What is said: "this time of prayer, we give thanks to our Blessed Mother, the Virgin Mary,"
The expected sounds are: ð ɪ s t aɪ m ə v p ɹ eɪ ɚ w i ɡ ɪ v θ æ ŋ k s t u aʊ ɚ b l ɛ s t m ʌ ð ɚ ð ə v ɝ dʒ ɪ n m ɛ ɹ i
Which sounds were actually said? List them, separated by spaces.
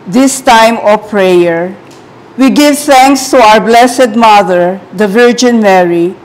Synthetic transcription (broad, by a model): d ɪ s t aɪ m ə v p ɹ eɪ ɚ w i ɡ ɪ v t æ ŋ k s t u aʊ ɚ b l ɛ s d m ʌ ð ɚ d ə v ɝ dʒ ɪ n m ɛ ɹ i